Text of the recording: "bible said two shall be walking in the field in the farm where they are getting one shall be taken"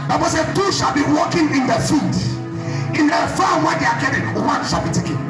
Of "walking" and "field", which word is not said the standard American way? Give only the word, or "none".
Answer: field